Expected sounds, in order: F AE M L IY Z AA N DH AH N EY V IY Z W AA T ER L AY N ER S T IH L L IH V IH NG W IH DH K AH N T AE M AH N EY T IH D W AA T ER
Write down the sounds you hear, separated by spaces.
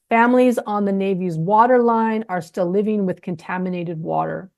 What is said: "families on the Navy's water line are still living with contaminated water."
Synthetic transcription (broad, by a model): F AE M L IY Z N DH AH N EY V IY Z W AA T ER L AY N ER S T IH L L IH V IH NG W IH DH K AH N T AE M AH N EY T IH D W AA T ER